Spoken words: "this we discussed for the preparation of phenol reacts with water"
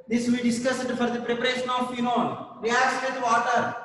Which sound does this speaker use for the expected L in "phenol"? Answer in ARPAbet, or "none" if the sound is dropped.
N